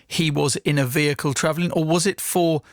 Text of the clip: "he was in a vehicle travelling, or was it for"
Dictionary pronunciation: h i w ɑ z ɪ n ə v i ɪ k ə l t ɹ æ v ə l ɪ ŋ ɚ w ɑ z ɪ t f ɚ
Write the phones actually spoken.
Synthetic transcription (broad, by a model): h i w ɑ z ɪ n ə v i ɪ k ə l t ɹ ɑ v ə l ɪ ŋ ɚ w ɑ z ɪ t f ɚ